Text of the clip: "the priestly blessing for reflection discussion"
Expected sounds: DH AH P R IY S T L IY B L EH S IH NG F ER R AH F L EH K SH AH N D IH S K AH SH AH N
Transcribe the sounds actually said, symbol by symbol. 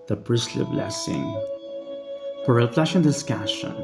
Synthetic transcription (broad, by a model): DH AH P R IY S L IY B L EH S IH NG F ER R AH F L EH SH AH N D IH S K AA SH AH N